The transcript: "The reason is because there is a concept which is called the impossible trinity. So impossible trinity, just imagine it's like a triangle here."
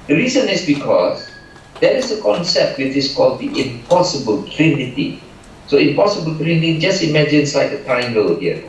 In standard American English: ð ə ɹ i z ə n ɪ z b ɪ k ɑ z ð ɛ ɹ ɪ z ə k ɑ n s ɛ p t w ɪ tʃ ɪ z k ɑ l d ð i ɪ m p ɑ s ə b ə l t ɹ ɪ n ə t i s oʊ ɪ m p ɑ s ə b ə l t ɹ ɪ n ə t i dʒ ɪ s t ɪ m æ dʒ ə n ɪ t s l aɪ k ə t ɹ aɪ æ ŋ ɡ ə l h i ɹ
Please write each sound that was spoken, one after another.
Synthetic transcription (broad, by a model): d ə ɹ i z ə n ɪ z b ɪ k ɑ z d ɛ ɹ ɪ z ə k ɑ n s ɛ p t w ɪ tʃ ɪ s k ɑ l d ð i ɪ m p ɑ s ə b ə l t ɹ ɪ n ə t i s oʊ ɪ m p ɑ s ə b ə l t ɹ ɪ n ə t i dʒ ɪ s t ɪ m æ dʒ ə n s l aɪ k ə t aɪ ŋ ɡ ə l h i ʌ